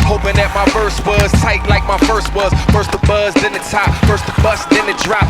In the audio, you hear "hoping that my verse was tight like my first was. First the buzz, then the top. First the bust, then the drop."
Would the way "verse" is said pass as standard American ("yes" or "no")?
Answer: no